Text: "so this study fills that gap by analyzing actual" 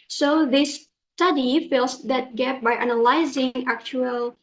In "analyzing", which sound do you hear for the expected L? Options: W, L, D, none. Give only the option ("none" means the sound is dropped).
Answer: L